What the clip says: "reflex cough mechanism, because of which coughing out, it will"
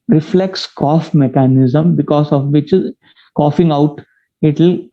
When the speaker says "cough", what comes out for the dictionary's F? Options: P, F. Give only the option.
F